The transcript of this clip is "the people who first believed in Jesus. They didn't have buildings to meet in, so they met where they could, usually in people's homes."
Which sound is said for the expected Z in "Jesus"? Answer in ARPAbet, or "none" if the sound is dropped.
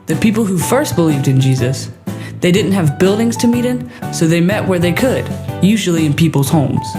Z